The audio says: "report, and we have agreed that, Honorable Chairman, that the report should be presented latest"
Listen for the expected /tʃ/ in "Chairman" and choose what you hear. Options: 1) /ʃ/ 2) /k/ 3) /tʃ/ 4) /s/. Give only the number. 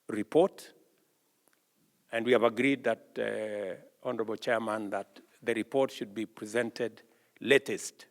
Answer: 3